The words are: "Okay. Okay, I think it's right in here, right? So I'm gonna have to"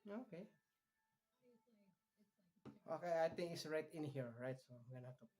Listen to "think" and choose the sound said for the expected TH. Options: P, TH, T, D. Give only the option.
T